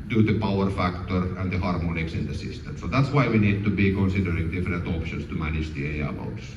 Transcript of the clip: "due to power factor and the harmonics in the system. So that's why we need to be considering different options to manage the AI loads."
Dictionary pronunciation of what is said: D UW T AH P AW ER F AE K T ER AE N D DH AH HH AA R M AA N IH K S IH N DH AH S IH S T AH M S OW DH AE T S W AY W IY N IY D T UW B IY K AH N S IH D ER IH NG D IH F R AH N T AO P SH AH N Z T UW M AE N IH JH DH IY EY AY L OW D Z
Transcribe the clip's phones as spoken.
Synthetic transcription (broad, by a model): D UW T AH P AW ER F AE K T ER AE N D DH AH HH AA R M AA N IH K S IH N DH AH S IH S T AH M S OW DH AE T S W AY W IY N IY D T UW B IY K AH N S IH D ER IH NG D IH F R AH N T AO P SH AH N S T UW M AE N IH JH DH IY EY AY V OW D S